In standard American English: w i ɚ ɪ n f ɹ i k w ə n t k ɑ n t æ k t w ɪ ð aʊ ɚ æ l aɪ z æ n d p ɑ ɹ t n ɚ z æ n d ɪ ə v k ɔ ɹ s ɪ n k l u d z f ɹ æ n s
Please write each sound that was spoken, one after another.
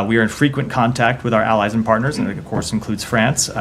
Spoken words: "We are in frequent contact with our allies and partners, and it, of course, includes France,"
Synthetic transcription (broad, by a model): w i ɚ ɪ n f ɹ i k w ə n k ɑ n t æ k t w ɪ ð aʊ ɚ æ l aɪ z n p ɑ ɹ t n ɚ z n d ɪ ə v k ɔ ɹ s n k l u d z f ɹ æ n s